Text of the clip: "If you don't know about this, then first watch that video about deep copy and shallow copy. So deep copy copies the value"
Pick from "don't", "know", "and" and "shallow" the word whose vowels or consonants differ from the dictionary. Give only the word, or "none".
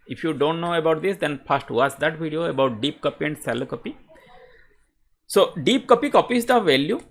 shallow